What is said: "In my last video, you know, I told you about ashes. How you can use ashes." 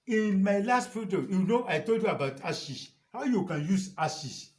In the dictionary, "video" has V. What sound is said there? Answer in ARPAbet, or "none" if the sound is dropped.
F